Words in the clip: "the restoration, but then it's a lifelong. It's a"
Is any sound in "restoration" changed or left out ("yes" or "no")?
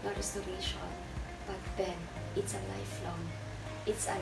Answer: yes